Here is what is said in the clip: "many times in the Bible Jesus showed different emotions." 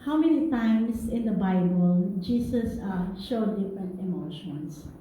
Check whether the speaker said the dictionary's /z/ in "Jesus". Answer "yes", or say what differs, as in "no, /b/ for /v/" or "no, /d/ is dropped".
no, /s/ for /z/